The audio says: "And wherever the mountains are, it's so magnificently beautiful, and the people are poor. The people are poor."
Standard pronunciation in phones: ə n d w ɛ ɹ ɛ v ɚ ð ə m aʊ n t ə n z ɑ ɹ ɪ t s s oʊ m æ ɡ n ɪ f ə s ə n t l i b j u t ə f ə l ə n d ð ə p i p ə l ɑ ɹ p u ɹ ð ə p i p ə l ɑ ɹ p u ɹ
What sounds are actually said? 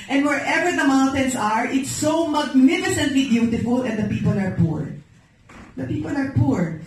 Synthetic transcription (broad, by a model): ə n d w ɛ ɹ ɛ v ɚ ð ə m aʊ n t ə n s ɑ ɹ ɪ t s s oʊ m æ ɡ n ɪ f ə s ə n t l i b j u t ə f ə l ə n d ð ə p i p ə l ɑ ɹ p u ɹ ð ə p i p ə l ɑ ɹ p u ɹ